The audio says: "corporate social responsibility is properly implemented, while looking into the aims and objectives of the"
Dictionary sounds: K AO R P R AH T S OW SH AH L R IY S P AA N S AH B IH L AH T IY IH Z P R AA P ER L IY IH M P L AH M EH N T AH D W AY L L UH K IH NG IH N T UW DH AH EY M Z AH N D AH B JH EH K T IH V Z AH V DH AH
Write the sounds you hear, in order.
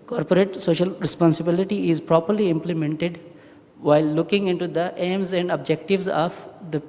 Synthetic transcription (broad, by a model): K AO R P R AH T S OW SH AH L R IY S P AA N S AH B IH L AH T IY IH Z P R AA P ER L IY IH M P L AH M EH N T AH D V AY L L UH K IH NG IH N T UW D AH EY M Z AH N D AH B JH EH K T IH V Z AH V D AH